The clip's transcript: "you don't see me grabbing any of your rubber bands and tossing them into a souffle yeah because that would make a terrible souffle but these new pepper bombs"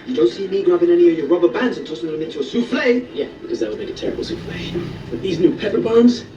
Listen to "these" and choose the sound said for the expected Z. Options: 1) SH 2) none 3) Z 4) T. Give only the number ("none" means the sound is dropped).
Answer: 3